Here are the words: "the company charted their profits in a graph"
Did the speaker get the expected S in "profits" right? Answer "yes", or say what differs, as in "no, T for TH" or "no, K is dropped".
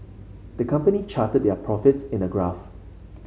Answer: yes